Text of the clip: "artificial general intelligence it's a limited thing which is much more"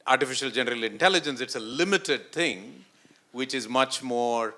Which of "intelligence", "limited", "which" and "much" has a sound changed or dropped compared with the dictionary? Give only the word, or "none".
none